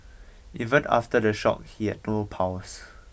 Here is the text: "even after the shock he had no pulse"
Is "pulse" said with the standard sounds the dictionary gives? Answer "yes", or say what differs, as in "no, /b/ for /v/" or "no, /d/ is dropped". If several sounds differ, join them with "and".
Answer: no, /w/ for /l/